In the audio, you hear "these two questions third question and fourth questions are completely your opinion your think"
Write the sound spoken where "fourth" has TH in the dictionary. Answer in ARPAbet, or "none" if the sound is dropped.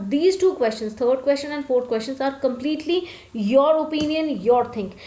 T